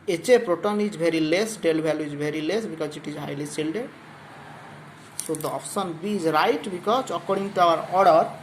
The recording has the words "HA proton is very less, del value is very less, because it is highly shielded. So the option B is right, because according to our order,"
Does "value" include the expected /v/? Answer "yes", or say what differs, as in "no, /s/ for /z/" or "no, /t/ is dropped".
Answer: no, /b/ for /v/